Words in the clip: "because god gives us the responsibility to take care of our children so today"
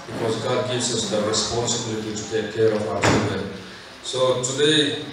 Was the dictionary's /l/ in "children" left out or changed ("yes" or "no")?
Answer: yes